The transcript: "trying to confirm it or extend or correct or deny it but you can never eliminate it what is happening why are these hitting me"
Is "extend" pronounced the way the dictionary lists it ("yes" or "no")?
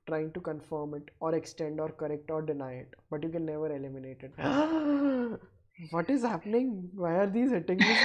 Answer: yes